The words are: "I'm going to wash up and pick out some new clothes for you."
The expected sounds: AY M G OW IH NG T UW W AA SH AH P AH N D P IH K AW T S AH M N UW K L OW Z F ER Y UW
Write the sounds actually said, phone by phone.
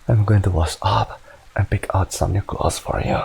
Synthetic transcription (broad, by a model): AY M G OW IH NG T UW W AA S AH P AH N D P IH K AW T S AH M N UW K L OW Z F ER Y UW